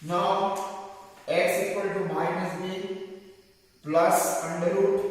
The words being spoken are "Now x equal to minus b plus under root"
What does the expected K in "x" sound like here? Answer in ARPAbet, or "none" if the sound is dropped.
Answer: none